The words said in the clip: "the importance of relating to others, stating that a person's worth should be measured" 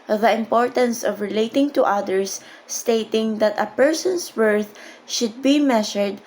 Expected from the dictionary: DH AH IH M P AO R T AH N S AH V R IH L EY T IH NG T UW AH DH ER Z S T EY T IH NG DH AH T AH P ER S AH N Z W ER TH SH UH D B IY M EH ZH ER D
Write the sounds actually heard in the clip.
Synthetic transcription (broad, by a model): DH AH IH M P AO R T AH N S AH V R IH L EY T IH NG T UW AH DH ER S T EY T IH NG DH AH T AH P ER S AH N S W ER TH SH UH D B IY M EH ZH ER D